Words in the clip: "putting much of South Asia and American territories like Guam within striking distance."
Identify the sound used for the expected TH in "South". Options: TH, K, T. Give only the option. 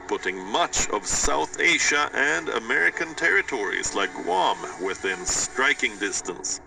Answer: TH